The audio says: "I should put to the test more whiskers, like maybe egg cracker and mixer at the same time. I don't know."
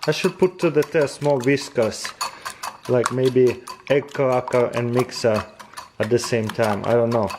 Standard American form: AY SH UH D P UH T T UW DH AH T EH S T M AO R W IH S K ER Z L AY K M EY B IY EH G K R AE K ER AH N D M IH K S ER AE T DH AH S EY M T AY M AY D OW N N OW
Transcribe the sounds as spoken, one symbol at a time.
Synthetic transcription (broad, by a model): AY SH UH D P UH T T UW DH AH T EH S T M AO L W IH S K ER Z L AY K M EY B IY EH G K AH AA K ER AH N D M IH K S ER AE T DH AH S EY M T AY M AY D OW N N OW